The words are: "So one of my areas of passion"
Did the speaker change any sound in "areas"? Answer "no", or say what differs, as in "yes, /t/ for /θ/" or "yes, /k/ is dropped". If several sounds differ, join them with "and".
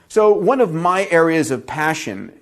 no